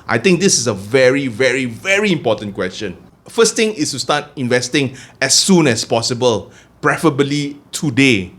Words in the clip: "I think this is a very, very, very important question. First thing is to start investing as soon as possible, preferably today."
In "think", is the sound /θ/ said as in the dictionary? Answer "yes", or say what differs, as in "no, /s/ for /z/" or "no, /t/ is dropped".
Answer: no, /t/ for /θ/